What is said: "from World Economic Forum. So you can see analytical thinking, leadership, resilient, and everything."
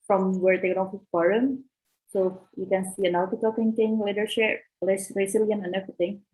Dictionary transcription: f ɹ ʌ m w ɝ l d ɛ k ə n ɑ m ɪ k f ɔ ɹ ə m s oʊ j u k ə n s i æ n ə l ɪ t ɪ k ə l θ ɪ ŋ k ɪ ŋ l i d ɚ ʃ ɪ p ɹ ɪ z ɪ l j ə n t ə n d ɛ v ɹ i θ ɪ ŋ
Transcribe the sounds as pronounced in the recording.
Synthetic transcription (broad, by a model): f ɹ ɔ m w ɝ d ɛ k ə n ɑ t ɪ f ɔ ɹ ə m s oʊ j u k ə n s i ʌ n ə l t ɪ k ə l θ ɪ ŋ k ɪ ŋ l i d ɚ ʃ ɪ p ɹ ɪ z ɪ l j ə n ə n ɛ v ɹ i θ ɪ ŋ